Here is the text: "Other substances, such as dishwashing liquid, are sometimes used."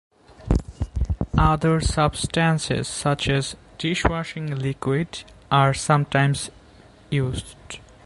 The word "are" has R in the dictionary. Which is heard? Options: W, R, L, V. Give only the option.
R